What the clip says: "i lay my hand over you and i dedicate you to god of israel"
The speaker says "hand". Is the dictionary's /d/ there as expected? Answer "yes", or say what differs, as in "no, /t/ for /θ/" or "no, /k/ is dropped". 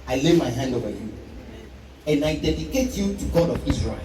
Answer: yes